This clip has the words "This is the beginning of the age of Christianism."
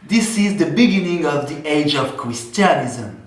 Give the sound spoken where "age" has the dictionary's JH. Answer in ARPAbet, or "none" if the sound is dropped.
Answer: JH